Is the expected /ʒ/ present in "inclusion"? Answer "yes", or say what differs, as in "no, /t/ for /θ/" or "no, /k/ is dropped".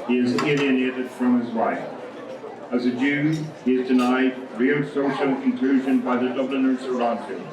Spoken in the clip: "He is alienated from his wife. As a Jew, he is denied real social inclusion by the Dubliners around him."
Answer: yes